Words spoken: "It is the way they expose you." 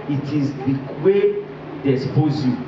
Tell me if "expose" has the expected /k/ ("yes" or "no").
no